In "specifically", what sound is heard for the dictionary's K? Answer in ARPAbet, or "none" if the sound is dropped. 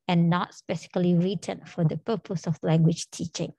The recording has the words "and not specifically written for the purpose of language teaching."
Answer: none